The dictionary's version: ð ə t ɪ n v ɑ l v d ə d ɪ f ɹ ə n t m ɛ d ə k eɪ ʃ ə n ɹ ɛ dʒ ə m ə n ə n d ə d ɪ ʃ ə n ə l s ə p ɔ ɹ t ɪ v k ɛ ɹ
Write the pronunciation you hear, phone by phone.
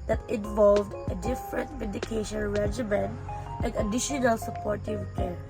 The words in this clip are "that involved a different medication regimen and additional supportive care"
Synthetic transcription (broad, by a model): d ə t ɪ n v ɑ l v d ə d ɪ f ɹ ə n t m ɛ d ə k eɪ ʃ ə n ɹ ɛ dʒ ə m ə n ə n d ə d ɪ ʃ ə n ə l s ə p ɔ ɹ t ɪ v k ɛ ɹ